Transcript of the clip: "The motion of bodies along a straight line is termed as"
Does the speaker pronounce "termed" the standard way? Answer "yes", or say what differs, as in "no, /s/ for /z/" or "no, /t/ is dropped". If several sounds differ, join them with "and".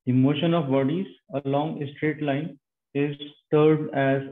no, /m/ is dropped